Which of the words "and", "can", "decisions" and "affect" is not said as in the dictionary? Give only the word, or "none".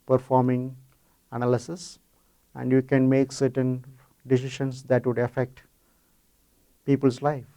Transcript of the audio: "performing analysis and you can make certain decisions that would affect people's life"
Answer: decisions